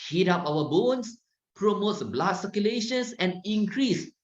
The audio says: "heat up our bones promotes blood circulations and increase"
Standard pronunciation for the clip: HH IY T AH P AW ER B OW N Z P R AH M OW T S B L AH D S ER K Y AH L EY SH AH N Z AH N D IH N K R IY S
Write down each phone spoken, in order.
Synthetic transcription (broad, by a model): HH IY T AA P AW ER B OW N S P R AH M OW T S B L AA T S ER K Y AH L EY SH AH N S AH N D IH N K R IY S